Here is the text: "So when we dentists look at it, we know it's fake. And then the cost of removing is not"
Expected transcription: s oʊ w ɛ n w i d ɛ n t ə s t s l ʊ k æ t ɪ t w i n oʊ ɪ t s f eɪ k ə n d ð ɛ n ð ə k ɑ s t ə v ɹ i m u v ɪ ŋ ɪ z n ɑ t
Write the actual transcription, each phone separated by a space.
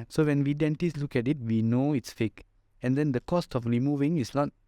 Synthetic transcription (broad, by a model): s oʊ w ɛ n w i d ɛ n t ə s s l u k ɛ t ɪ t w i n oʊ ɪ t s f eɪ k ə n d ɛ n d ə k ɑ s t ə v ɹ i m u v ɪ ŋ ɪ s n ɑ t